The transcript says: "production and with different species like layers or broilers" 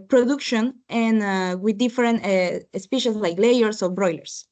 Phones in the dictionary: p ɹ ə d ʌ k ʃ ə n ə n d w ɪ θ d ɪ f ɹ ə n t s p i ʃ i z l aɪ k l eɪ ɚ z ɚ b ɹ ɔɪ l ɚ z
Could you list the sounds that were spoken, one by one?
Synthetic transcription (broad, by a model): p ɹ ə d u k ʃ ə n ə n w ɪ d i f ɹ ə n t s p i ʃ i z l aɪ k l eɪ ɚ s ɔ b ɹ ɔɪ l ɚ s